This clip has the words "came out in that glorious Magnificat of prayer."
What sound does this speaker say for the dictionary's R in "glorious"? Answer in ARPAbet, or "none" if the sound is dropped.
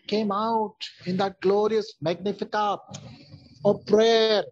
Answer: R